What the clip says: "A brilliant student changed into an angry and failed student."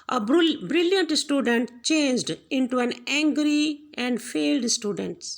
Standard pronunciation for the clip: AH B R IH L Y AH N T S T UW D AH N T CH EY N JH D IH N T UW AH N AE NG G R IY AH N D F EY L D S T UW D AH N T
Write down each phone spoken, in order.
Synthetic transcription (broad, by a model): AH B R IH L Y AH N T S T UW D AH N T CH EY N JH D IH N T UW AH N AE NG G R IY AH N D F EY L D S T UW D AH N T